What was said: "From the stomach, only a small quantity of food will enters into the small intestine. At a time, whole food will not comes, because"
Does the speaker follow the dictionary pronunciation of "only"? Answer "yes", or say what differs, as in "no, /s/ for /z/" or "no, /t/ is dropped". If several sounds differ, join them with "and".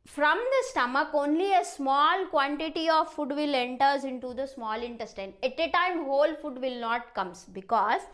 yes